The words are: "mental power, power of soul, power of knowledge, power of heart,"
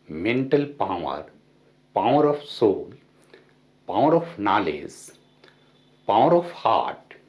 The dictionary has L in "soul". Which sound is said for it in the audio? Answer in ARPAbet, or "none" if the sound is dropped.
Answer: L